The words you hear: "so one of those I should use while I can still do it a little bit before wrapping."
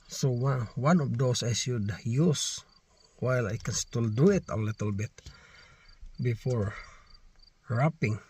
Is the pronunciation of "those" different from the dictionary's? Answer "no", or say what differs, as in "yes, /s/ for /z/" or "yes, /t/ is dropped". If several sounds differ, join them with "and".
yes, /s/ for /z/